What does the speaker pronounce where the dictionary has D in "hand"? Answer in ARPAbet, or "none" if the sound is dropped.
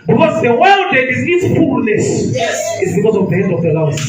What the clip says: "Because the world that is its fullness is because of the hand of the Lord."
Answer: none